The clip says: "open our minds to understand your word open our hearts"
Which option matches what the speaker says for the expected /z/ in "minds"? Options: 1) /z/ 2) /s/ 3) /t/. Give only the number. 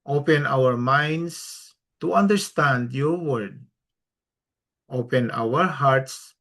2